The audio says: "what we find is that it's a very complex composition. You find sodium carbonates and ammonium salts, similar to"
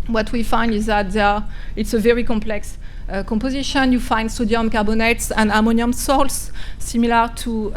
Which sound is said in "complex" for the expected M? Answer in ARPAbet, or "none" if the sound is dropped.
M